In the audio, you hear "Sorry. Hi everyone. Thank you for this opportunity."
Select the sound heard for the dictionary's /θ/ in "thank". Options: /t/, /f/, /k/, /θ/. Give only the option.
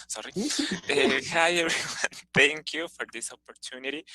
/t/